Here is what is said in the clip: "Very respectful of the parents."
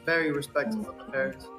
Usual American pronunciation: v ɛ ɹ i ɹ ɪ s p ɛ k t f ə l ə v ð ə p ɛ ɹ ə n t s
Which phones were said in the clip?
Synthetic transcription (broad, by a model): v ɛ ɹ i ɹ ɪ s p ɛ k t ə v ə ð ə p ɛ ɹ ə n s